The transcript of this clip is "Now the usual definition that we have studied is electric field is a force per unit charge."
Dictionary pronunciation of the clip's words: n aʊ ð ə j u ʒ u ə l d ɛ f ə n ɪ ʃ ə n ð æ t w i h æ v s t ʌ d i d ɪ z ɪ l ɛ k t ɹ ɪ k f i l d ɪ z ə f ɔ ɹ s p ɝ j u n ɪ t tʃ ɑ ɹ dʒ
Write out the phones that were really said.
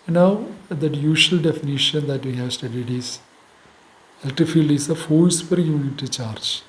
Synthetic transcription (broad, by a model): n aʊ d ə j u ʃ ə l d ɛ f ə n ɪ ʃ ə n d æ t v i h æ v s t ʌ d i d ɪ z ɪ l t ɪ f i l d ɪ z ə f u l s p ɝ j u n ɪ t tʃ ɑ ɹ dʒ